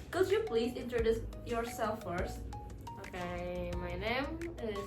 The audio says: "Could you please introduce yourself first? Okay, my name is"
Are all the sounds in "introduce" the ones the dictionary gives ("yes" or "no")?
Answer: yes